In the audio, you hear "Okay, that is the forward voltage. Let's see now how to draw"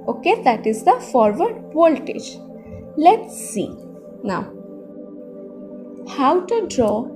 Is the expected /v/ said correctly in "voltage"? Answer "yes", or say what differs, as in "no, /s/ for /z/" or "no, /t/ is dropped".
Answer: no, /p/ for /v/